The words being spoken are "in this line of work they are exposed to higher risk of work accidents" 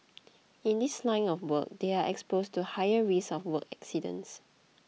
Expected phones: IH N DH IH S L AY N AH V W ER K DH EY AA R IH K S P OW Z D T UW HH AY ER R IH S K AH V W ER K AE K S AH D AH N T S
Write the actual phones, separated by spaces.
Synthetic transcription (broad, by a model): IH N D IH S L AY N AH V W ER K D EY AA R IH K S P OW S T UW HH AY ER R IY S AH F W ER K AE K S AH D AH N S